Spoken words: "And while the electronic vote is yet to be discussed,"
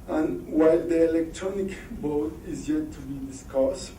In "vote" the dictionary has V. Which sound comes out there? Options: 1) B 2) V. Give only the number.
1